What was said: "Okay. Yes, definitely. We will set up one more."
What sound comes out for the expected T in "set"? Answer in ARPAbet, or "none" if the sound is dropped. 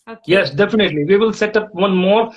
T